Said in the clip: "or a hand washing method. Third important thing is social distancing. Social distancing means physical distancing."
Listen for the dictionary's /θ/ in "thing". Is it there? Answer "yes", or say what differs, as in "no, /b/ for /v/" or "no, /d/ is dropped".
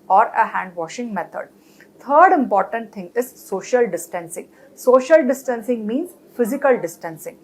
no, /t/ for /θ/